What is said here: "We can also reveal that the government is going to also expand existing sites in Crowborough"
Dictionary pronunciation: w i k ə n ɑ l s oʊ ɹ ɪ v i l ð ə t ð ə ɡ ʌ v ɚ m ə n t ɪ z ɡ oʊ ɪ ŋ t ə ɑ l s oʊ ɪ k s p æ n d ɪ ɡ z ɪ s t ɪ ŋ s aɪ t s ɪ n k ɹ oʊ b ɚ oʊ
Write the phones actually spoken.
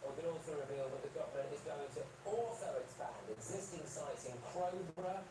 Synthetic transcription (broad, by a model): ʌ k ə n ɑ l s oʊ ɹ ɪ v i l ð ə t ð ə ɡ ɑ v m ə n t ɪ z ɡ oʊ ɪ ŋ t ə ɑ l s oʊ ɪ k s p æ n d ɪ ɡ z ɪ s t ɪ ŋ s aɪ t s ɪ n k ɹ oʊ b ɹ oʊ